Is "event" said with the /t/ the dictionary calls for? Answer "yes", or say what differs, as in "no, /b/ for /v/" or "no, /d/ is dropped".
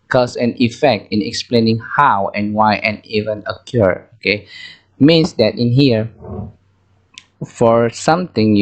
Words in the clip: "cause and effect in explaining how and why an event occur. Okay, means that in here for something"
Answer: no, /t/ is dropped